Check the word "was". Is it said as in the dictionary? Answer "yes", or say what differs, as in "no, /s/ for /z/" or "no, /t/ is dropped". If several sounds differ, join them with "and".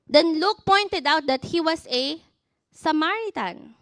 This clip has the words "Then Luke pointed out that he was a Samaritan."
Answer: no, /s/ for /z/